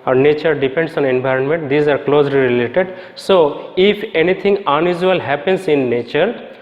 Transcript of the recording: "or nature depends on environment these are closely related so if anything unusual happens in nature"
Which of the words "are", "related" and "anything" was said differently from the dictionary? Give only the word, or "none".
anything